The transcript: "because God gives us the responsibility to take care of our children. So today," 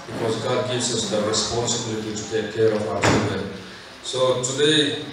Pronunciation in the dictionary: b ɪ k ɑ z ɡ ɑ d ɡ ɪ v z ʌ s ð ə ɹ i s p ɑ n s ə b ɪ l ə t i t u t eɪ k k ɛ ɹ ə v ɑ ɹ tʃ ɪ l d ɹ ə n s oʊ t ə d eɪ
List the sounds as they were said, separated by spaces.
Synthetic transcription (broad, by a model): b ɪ k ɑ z ɡ ɑ d ɡ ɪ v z ʌ s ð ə ɹ i s p ɑ n s ə b ɪ l ə t i t u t eɪ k k ɛ ɹ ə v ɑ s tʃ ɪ n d ə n s oʊ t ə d eɪ